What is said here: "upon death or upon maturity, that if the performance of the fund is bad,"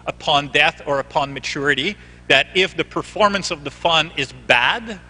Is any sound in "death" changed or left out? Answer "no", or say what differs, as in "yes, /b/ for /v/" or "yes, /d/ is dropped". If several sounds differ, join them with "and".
no